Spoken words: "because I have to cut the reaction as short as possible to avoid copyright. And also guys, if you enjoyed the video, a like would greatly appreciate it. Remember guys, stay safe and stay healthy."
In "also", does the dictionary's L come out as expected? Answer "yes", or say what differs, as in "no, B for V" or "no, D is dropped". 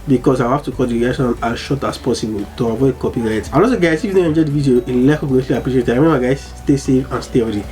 no, L is dropped